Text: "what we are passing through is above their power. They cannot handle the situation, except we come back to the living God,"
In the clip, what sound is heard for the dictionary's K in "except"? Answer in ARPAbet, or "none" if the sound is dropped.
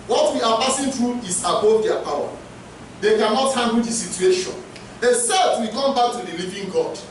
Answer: none